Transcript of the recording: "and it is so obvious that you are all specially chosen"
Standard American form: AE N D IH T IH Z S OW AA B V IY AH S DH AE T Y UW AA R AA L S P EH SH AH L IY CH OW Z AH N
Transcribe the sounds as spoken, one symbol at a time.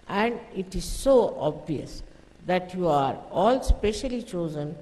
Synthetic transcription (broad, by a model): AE N D IH T IH Z S OW AA B V IY AH S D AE T Y UW AA R AA L S P EH SH AH L IY CH OW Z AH N